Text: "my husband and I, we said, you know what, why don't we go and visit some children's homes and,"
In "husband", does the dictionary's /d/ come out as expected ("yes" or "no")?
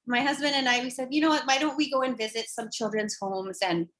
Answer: yes